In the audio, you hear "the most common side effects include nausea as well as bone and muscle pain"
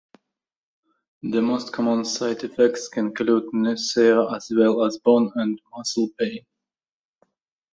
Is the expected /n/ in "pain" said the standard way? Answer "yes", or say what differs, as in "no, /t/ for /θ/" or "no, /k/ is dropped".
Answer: no, /n/ is dropped